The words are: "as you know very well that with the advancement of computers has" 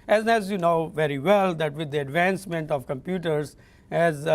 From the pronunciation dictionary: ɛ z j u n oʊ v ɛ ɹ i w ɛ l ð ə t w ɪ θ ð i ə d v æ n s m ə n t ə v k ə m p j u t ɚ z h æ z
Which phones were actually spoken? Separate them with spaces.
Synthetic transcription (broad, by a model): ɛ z j u n oʊ v ɛ ɹ i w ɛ l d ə t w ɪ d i ə d v æ n s m ə n t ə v k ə m p j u t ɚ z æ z